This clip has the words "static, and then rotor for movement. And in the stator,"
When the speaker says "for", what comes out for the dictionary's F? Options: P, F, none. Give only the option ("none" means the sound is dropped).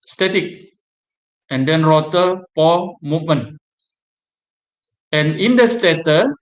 P